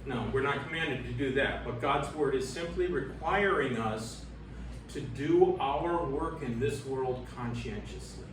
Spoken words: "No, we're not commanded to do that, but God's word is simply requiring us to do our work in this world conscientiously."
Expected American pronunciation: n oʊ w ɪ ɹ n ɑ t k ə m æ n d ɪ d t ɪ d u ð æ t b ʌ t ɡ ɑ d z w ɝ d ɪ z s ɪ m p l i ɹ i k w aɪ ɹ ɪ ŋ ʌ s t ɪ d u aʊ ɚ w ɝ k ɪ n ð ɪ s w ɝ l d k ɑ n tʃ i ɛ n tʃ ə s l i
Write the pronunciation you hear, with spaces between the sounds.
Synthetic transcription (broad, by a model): n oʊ w ɪ ɹ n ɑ t k ə m æ n d ɪ d t ɪ d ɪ ð æ t b ʌ t ɡ ɑ d z w ɝ d ɪ z s ɪ m p l i ɹ i k w aɪ ɹ ɪ ŋ ʌ s t ɪ d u aʊ ɚ w ɝ k ɪ n ð ɪ s w ɝ l d k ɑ n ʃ i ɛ n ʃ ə s l i